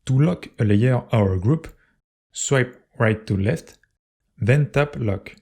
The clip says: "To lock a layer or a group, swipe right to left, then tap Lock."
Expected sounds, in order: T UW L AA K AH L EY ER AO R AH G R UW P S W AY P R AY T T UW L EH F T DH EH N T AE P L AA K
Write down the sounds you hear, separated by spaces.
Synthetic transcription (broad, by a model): T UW L AA K AH L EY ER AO W AH G R UW P S W AY P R AY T T UW L EH F T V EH N T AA P L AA K